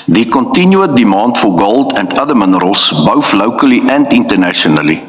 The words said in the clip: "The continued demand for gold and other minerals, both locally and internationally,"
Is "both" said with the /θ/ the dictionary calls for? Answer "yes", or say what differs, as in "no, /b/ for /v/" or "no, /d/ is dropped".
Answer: no, /f/ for /θ/